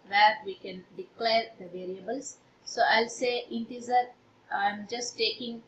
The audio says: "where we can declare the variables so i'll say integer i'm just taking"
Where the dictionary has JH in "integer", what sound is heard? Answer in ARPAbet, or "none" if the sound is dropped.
Z